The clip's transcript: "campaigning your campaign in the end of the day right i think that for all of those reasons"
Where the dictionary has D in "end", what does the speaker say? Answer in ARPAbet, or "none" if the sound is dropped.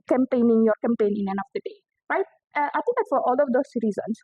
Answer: none